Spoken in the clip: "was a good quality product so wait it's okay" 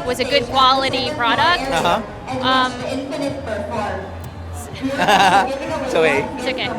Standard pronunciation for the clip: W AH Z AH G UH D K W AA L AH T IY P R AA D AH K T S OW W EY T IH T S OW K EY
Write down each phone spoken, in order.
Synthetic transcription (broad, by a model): W AH Z AH G UH D K W AA L AH T IY P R AA D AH K T S OW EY IH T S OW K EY